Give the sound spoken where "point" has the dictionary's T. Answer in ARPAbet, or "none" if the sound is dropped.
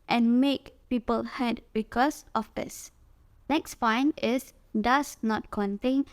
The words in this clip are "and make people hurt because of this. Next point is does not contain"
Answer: none